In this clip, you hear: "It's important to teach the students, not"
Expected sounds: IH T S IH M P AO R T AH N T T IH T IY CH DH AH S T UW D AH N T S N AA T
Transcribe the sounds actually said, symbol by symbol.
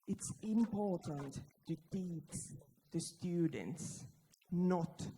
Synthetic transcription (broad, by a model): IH T S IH M P AO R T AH N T T IH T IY S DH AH S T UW D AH N T S N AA T